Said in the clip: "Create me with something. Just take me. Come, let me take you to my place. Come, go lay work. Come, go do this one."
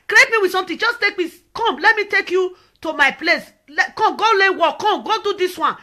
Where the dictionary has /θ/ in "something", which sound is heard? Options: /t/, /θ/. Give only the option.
/t/